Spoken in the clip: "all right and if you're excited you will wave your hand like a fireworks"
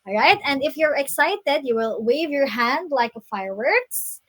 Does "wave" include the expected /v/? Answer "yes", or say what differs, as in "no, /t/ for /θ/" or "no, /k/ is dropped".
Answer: yes